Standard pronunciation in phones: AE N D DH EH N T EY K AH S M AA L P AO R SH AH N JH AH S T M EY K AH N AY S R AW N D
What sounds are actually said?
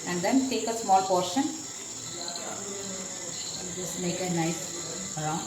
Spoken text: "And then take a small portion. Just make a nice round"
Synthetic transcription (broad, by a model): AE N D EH N T EY K AH S M AA L P AO R SH AH N M EY K AH N AY S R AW